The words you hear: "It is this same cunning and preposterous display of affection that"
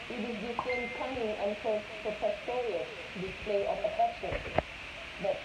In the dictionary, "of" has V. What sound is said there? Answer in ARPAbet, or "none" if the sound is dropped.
P